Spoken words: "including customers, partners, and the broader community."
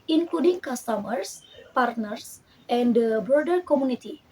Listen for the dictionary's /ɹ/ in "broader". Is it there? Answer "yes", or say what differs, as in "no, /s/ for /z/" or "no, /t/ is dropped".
no, /ɹ/ is dropped